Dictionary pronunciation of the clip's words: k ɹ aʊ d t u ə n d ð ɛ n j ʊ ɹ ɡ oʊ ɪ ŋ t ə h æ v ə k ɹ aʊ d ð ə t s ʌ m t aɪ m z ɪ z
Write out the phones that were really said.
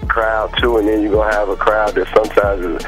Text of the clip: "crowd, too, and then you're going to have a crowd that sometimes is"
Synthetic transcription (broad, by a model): k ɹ aʊ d t u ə n ð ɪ n j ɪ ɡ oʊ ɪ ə v ə k ɹ aʊ d ð ə t s ʌ m t aɪ m z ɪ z